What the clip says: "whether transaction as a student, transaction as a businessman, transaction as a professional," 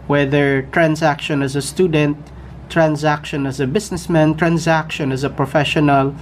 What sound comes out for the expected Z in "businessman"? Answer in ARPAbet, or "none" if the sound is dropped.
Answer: S